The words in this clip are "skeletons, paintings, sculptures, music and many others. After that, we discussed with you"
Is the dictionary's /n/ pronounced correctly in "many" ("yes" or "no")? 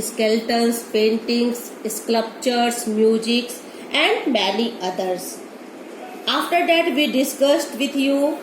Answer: no